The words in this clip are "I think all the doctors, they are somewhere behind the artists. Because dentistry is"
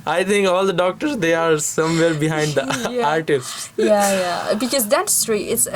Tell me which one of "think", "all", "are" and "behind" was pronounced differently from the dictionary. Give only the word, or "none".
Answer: think